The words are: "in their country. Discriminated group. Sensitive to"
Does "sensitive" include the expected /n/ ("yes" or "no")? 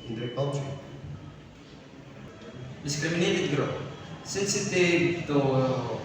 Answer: no